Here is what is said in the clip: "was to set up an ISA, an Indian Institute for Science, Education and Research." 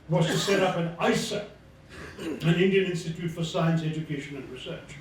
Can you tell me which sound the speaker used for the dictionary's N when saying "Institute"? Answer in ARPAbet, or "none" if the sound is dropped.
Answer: N